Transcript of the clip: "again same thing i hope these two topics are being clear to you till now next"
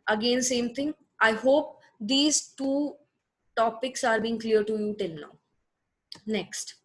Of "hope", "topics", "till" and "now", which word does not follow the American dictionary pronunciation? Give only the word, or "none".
till